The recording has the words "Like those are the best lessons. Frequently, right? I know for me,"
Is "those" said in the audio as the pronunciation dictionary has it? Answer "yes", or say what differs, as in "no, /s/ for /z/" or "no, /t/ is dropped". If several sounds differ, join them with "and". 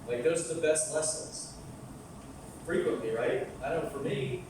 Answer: yes